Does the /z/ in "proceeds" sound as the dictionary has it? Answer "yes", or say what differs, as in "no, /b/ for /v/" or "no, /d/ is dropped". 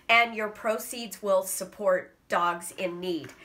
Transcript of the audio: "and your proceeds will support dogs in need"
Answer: yes